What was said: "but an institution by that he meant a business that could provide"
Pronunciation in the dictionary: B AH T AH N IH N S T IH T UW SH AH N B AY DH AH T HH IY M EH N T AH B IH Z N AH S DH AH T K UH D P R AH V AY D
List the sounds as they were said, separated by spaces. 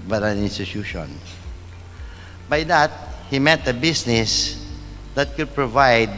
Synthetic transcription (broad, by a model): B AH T AH N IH N S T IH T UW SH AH N B AY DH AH T HH IY M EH T AH B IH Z N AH S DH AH T K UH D P R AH V AY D